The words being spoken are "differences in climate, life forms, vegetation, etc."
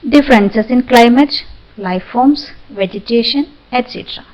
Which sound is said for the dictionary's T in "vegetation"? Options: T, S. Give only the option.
T